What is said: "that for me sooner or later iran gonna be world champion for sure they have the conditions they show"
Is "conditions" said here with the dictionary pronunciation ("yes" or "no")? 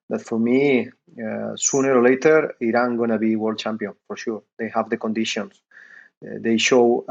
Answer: no